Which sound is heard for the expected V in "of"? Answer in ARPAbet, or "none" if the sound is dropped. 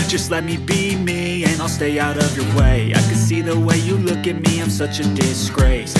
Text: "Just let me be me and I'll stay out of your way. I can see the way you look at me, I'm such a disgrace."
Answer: V